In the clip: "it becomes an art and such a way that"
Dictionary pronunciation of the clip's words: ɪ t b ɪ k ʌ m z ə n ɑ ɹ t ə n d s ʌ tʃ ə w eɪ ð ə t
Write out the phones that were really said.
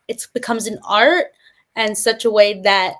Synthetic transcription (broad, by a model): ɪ t b ɪ k ʌ m z ə n ɑ ɹ t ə n s ʌ tʃ ə w eɪ ð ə t